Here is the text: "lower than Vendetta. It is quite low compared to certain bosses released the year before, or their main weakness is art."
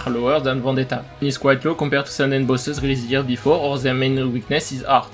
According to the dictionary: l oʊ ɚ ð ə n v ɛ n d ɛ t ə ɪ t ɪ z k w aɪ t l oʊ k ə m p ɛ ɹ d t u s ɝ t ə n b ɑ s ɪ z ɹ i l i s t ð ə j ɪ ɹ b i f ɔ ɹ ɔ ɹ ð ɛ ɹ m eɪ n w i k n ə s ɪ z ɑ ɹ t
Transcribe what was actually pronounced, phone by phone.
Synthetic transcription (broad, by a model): l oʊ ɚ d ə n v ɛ d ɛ t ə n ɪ s k w aɪ t l oʊ k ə p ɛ ɹ t u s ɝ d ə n b ɑ s ɪ z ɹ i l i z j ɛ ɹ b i f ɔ ɹ ɔ ɹ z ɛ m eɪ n w i k n ə s ɪ z ɑ ɹ t